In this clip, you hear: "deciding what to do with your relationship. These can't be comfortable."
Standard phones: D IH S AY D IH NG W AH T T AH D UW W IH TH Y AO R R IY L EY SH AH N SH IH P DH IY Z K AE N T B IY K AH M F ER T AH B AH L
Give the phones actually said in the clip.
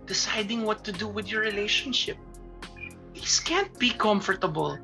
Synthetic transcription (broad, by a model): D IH S AY D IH NG W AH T T AH D UW W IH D Y AO R R IY L EY SH AH N SH IH P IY S K AE N T B IY K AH M F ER T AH B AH L